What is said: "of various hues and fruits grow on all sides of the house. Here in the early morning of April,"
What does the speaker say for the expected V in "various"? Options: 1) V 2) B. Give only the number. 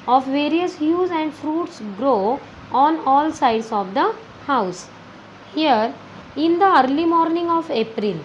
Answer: 1